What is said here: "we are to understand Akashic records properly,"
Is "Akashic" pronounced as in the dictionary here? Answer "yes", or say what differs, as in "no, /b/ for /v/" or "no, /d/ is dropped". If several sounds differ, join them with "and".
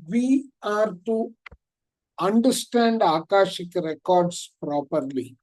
yes